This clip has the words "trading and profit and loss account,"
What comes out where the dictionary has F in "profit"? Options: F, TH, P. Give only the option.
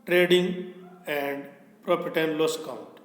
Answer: P